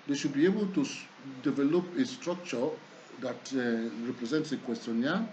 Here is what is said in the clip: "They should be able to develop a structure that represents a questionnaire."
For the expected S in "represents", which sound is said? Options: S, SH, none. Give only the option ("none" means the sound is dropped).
S